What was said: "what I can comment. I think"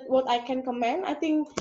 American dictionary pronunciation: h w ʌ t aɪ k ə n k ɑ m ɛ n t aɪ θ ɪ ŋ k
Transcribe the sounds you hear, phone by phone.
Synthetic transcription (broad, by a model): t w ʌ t aɪ k ə n k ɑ m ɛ n aɪ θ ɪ ŋ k